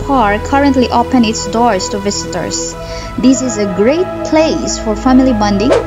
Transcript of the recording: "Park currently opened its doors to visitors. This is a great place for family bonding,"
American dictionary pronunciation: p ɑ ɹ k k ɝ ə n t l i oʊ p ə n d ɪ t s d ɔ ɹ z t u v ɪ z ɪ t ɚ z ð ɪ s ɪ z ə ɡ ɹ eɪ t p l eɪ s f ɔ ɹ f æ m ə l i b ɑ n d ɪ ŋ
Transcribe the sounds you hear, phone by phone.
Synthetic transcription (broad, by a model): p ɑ ɹ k k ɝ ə n t l i oʊ p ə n ɪ t s d ɔ ɹ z t u v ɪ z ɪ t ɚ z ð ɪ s ɪ z ə ɡ ɹ eɪ t p l eɪ s f ɔ ɹ f æ m ə l i b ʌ n d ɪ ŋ